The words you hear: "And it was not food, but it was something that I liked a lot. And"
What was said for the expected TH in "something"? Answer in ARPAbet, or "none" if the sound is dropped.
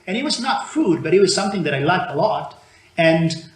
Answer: TH